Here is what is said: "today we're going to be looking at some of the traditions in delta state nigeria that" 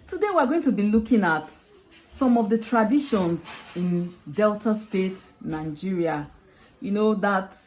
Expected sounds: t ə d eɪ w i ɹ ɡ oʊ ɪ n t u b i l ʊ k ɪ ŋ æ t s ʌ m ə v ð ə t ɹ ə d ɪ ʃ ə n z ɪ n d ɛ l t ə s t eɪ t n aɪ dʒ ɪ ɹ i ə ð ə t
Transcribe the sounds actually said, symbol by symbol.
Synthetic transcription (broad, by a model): t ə d eɪ w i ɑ ɡ oʊ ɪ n t u b i l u k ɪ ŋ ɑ t s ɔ m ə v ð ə t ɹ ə d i ʃ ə n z ɪ n d ɛ l t ə s t eɪ t n aɪ dʒ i ɹ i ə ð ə t